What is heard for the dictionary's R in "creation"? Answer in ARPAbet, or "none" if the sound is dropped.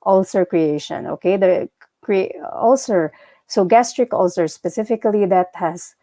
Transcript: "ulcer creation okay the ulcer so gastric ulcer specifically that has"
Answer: R